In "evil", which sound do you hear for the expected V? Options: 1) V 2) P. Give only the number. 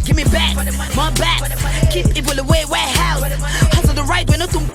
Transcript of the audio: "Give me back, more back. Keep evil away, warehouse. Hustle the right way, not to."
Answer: 2